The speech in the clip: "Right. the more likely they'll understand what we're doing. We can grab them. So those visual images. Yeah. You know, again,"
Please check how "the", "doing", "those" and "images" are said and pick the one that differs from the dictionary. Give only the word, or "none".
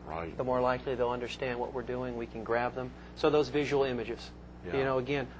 none